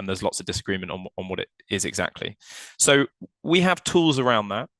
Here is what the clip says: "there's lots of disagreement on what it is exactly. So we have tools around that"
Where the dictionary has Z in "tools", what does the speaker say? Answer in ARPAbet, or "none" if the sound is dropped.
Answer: Z